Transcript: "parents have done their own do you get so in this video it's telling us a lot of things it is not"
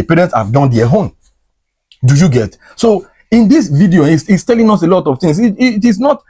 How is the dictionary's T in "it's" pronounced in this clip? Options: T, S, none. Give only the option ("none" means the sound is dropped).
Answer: S